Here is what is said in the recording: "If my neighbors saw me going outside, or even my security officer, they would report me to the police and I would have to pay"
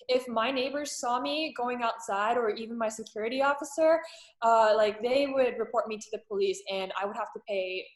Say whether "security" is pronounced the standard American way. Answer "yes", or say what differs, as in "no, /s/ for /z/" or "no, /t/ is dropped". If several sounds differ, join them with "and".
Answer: yes